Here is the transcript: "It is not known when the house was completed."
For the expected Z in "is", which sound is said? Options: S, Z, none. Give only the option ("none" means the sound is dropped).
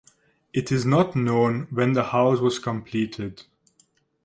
Z